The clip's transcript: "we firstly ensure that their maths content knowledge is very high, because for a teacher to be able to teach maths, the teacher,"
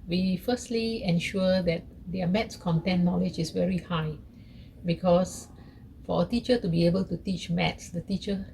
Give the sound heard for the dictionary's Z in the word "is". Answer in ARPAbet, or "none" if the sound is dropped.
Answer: S